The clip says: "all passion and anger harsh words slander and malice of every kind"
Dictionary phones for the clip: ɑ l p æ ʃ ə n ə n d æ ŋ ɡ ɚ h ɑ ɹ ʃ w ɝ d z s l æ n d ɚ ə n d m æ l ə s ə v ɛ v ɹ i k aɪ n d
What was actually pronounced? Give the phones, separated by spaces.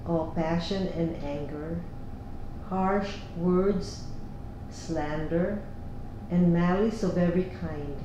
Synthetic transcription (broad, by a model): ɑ l p æ ʃ ə n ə n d æ ŋ ɡ ɚ h ɑ ɹ ʃ w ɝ d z s l æ n d ɚ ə n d m æ l ə s ə v ɛ v ɹ i k aɪ n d